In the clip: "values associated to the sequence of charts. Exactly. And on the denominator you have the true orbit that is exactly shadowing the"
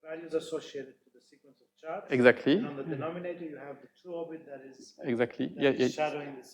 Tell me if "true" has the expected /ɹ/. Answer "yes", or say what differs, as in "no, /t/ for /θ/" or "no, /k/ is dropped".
no, /ɹ/ is dropped